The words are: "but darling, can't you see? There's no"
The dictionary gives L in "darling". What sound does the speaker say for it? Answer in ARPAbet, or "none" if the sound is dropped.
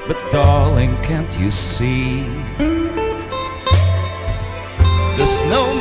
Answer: L